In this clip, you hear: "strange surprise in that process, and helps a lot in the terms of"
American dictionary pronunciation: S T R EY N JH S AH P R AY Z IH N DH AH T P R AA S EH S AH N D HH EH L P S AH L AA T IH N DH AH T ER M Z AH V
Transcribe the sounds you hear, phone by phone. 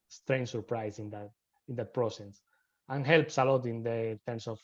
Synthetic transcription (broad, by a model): S T R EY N S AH P R AY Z IH N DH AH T P R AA S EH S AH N HH EH L P S AH L AA T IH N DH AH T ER M S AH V